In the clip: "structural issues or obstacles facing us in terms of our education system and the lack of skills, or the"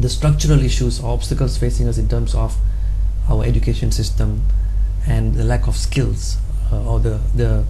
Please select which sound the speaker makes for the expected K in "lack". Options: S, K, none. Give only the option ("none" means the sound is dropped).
K